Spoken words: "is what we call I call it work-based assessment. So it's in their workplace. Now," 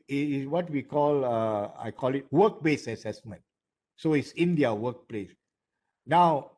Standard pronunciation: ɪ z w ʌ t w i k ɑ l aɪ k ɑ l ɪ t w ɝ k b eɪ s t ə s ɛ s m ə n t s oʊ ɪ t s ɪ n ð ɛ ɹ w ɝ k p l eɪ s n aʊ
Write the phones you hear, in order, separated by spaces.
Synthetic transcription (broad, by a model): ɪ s w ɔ t w i k ɑ l aɪ k ɑ l ɪ t w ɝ k b eɪ s ə s ɛ s m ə n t s oʊ ɪ t s ɪ n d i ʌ w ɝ k p l eɪ s n aʊ